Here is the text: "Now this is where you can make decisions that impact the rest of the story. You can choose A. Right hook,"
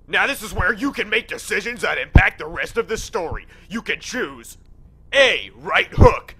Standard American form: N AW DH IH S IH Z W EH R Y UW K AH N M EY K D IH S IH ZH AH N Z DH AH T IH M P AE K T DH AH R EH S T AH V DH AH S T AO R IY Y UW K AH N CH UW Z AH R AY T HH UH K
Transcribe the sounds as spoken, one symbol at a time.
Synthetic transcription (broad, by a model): N AW DH IH S IH Z W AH R Y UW K AH N M EY K D IH S IH ZH AH N Z DH AH T IH M P AE K T DH AH R EH S T AH V DH AH S T AO R IY Y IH K AH N CH UW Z AH R AY T HH UH K